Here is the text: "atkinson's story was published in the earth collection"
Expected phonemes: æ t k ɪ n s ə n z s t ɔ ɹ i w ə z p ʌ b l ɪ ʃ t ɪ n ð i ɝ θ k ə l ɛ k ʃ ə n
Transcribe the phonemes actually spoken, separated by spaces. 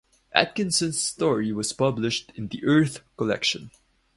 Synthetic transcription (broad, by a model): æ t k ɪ n s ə n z s t ɔ ɹ i w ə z p ʌ b l ɪ ʃ t ɪ n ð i ɝ θ k ə l ɛ k ʃ ə n